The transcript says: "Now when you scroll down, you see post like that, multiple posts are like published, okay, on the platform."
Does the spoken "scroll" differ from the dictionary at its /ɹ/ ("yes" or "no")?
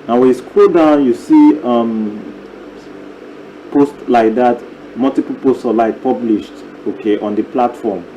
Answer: yes